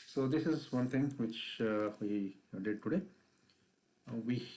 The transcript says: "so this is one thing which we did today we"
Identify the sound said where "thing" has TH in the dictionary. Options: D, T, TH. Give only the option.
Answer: T